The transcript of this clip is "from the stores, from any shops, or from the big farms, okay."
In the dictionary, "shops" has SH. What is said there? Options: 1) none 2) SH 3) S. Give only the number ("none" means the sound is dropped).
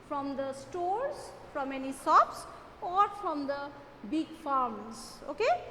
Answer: 3